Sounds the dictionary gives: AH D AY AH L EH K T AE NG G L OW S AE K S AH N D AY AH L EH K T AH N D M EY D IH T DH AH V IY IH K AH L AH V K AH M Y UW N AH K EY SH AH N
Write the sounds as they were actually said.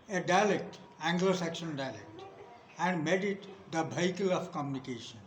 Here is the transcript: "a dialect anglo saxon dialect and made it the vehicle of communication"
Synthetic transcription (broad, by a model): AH D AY L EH K T AE NG G L OW S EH K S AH N D AY L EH K T AH N D M EY D IH T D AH B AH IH K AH L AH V K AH M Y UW N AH K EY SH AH N